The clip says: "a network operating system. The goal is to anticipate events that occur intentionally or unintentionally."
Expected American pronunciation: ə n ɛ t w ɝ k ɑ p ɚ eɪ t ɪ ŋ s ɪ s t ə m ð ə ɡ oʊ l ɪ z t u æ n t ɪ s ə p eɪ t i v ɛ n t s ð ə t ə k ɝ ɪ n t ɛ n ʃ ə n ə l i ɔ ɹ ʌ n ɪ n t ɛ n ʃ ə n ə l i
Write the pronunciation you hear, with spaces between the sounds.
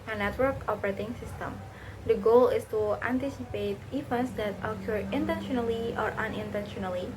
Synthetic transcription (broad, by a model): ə n ɛ t w ɝ k ɑ p ɚ eɪ t ɪ ŋ s ɪ s t ə m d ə ɡ oʊ l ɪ s t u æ n t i s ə p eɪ t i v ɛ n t s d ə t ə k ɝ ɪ n t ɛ n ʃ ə n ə l i ɔ ɹ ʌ n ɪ n t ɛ n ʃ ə n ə l i